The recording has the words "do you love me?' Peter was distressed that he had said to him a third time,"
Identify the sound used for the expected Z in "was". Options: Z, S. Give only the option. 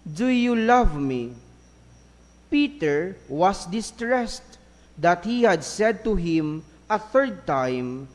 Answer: S